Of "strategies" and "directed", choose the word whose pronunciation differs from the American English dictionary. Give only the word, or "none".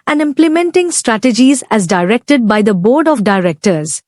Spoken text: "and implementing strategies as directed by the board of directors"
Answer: none